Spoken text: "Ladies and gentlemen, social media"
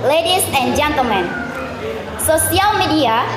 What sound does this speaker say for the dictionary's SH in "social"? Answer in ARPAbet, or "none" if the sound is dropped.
S